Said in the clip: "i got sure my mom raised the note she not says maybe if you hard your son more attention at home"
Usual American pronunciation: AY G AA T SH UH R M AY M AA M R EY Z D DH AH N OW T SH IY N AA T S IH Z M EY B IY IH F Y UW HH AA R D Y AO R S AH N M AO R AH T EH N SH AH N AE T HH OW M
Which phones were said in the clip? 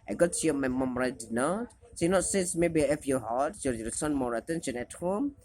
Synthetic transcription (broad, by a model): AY G AA T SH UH M AY M AA M R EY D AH N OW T S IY N AA T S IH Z M EY B IY IH F Y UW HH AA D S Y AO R S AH N M AO R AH T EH N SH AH N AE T HH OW M